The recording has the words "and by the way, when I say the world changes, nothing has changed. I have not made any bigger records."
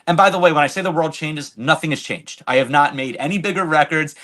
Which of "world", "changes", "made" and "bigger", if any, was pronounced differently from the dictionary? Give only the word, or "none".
none